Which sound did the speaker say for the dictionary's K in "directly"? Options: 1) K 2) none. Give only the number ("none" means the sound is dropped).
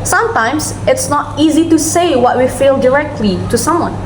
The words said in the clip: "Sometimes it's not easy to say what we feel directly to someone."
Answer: 1